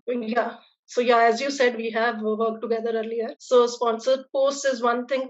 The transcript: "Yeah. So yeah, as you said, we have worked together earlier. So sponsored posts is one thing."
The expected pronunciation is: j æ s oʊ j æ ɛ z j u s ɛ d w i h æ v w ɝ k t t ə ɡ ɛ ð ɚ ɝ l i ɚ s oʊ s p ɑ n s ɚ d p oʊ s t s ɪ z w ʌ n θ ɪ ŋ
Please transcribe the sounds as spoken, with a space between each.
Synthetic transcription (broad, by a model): j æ s oʊ j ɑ ɛ z j u s ɛ d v i h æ v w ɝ k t t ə ɡ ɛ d ɚ ɝ l i ɚ s oʊ s p ɑ n s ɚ d p oʊ s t ɪ z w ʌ n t ɪ ŋ